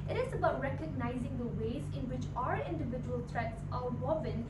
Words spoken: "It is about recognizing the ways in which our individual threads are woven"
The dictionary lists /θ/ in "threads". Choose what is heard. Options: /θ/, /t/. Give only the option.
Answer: /t/